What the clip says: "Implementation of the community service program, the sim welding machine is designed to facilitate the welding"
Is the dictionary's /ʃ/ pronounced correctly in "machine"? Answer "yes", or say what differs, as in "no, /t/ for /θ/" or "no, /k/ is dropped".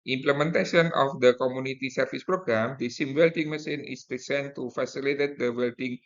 no, /s/ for /ʃ/